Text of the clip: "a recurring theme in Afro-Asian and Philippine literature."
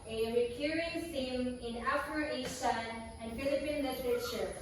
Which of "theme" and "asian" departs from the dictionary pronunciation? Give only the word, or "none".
asian